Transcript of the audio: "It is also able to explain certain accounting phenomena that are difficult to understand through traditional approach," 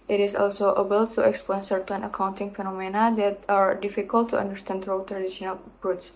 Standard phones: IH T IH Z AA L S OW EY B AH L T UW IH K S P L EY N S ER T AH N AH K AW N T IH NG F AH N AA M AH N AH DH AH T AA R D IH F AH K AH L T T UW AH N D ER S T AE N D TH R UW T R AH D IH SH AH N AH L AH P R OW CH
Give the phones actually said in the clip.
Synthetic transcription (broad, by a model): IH T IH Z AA L S OW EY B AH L T UW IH K S P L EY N S ER T AH N AH K AW N T IH NG F AH N AA M AH N AH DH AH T AA R D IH F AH K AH L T T UW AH N D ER S T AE N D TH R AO T R AH D IH SH AH N AH L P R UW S